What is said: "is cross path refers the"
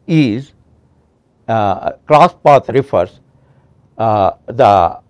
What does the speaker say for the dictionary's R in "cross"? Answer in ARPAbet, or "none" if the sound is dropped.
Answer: L